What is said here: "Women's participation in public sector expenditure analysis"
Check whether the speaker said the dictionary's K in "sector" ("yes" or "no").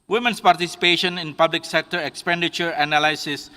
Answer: yes